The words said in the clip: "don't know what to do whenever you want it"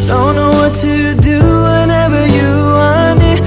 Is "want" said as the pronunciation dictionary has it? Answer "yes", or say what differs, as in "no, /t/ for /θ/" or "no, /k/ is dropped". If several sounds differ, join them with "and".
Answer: no, /t/ is dropped